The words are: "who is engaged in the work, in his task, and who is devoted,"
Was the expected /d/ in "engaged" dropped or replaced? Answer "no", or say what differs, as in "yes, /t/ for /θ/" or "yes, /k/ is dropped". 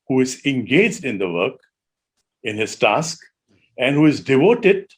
no